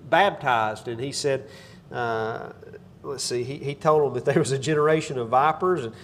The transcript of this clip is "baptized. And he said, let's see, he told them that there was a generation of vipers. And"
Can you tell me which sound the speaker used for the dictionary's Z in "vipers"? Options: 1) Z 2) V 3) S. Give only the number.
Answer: 1